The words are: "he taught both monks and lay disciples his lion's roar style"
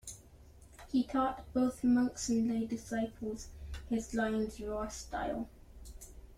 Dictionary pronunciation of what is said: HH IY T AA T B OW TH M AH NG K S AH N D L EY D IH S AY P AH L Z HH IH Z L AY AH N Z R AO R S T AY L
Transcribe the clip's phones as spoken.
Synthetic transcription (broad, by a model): HH IY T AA T B OW TH M AH NG K S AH N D L EY D IH S AY P AH L Z HH IH Z L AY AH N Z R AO S T AY L